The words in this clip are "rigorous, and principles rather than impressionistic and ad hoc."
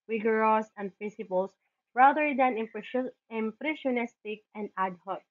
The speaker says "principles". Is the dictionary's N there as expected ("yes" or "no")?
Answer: no